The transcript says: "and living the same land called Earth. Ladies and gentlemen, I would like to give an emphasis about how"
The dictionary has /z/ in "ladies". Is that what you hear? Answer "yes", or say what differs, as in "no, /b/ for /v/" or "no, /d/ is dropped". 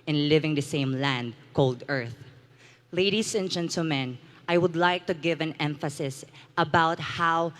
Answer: no, /s/ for /z/